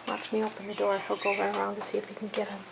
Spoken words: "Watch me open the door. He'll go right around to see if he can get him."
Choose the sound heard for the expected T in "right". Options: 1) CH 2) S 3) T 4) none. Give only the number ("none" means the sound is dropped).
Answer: 4